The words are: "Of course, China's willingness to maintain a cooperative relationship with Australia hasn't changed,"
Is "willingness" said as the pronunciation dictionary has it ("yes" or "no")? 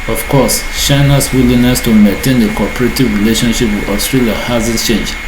no